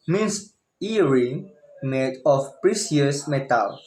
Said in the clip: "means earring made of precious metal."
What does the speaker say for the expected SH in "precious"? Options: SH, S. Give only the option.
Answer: S